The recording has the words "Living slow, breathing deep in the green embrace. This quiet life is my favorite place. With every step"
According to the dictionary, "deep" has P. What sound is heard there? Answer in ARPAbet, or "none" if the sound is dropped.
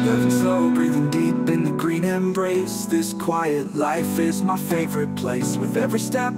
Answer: B